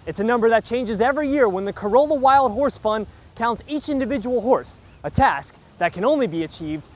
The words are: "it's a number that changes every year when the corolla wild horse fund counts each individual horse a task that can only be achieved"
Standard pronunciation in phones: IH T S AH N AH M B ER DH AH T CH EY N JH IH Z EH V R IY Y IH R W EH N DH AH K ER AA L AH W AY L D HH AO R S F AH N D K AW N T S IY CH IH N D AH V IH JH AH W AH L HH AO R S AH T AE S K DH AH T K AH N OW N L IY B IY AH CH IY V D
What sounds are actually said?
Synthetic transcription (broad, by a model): IH T S AH N AH M B ER DH AH T CH EY N JH IH Z EH V R IY Y IH R W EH N DH AH K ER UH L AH W AY L D HH AO R S F AH N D K AW N T S IY CH IH N D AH V IH JH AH W L HH AO R S AH T AE S K DH AH T K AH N OW N L IY B IY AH CH IY V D